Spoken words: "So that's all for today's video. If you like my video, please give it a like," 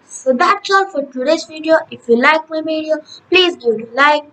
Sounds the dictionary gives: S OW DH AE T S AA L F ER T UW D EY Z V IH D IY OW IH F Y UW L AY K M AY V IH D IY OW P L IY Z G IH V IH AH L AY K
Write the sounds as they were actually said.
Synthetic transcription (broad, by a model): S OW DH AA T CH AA N F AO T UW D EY S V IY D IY OW IH F Y UW L AY K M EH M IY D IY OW P L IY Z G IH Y IH L AY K